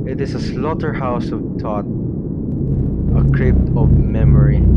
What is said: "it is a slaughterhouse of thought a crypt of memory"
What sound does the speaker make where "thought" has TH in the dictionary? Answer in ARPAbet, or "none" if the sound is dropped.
T